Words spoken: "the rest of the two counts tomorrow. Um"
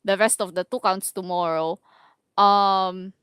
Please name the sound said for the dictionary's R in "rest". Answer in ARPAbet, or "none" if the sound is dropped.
R